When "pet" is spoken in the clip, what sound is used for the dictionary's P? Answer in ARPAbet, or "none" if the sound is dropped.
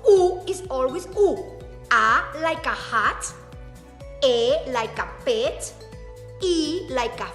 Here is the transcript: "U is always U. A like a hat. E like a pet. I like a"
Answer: P